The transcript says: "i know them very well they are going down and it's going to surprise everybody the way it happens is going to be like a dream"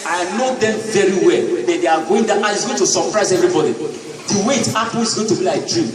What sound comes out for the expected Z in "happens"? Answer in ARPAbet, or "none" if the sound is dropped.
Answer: none